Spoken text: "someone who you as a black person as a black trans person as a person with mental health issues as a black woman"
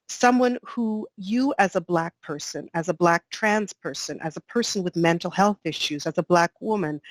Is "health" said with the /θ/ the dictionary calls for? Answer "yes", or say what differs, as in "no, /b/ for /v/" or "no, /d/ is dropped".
yes